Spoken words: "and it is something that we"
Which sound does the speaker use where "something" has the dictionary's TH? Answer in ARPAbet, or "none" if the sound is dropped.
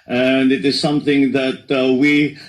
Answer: TH